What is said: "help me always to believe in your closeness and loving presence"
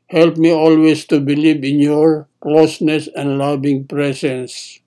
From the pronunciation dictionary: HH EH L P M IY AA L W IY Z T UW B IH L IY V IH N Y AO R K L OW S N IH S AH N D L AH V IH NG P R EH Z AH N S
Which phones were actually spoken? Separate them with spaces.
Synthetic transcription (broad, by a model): HH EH L P M IY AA L W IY S T UW B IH L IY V IH N Y AO R K L OW S N IH S AH N D L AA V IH NG P R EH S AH N S